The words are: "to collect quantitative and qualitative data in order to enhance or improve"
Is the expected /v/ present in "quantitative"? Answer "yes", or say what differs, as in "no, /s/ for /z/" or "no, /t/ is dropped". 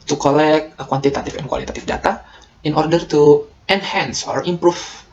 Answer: no, /f/ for /v/